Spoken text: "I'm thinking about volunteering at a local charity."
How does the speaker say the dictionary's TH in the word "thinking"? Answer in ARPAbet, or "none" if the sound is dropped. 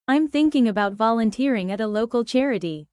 TH